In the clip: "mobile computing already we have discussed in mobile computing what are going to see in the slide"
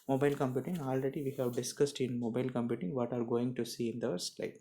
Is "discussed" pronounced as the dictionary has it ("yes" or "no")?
yes